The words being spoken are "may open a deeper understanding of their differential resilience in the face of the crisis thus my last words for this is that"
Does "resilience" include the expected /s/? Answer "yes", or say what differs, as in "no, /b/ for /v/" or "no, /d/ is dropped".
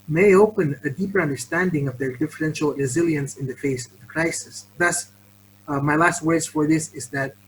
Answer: yes